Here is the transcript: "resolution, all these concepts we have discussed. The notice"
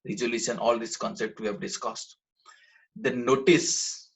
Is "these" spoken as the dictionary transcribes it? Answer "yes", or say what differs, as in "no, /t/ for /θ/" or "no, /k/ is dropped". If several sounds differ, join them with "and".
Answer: no, /s/ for /z/